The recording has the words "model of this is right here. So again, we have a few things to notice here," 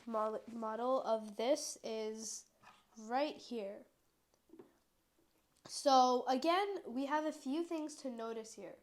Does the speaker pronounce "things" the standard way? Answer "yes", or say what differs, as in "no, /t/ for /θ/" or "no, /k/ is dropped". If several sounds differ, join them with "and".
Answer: yes